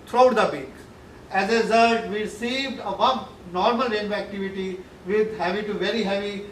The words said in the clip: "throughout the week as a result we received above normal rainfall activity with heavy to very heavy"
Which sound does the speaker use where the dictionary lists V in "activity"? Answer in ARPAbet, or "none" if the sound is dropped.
V